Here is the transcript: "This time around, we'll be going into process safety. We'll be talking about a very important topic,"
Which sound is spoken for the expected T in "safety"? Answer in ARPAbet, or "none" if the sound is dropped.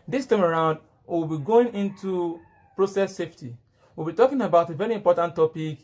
T